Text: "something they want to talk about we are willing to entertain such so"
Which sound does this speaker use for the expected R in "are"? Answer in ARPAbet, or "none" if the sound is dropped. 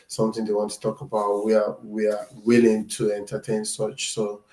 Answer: W